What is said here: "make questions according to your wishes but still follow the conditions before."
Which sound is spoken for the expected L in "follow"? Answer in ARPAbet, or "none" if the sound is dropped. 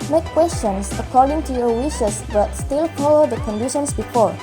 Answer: none